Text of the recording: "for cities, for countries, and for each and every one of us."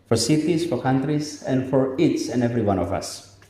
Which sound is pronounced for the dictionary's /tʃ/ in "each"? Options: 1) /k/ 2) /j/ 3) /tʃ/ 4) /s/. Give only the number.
4